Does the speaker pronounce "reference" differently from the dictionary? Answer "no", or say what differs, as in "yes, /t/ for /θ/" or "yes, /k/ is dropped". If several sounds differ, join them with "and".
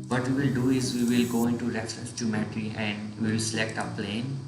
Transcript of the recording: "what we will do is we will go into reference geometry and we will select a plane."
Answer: yes, /n/ is dropped